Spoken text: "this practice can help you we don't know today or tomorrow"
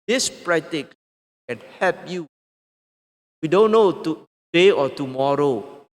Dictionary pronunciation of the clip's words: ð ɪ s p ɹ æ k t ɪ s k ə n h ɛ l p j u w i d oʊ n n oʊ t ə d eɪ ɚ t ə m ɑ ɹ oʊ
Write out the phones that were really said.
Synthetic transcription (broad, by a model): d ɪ s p ɹ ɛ t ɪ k k ə n h ɛ l p j u w i d oʊ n n oʊ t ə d eɪ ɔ t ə m ɑ ɹ oʊ